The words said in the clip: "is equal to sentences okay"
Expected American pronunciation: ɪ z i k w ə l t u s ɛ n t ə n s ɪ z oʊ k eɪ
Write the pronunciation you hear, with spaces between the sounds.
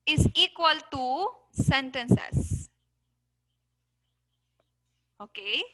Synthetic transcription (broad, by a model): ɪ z i k w ə l t u s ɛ n t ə n s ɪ s oʊ k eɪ